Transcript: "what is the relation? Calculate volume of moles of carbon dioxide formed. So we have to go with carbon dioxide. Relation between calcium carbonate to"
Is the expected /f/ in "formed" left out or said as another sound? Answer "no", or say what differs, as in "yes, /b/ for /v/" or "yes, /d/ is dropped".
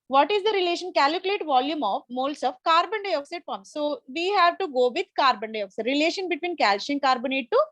yes, /p/ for /f/